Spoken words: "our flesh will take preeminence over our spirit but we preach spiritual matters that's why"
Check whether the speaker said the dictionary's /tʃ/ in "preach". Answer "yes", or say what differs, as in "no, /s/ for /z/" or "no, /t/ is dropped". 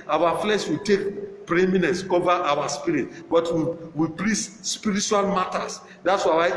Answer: no, /s/ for /tʃ/